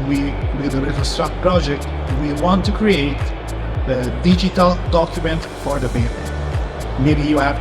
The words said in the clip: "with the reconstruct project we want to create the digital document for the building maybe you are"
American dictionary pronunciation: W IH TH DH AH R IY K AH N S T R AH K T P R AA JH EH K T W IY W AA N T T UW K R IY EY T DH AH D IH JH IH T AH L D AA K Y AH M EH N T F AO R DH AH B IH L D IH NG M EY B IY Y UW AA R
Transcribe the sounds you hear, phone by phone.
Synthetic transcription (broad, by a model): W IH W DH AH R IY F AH S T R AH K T P R AA JH EH K T W IY W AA N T T UW K R IY EY T DH AH D IH JH IH T AH L D AA K Y AH M EH N T F AO R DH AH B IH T M EY B IY Y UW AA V